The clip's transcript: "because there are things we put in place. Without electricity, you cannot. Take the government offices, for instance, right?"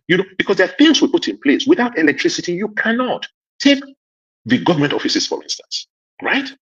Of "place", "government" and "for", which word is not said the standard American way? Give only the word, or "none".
none